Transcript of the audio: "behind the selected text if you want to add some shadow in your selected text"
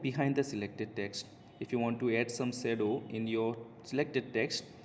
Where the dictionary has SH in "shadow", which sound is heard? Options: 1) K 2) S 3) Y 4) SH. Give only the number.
2